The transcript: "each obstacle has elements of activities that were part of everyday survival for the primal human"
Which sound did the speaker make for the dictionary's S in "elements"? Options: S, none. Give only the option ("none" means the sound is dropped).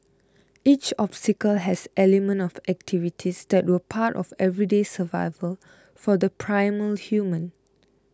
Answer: none